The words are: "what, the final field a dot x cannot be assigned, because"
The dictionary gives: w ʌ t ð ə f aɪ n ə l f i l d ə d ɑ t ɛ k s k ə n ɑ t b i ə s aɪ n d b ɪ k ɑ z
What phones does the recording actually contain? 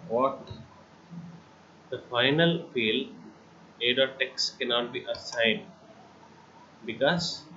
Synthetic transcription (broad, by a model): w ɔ t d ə f aɪ n ə l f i l ə d ɑ t ɛ k s k ə n ɑ t b i ə s aɪ n d b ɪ k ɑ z